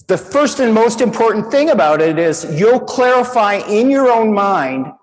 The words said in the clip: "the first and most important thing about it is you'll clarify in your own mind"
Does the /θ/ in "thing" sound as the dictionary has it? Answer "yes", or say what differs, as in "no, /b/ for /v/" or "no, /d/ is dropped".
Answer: yes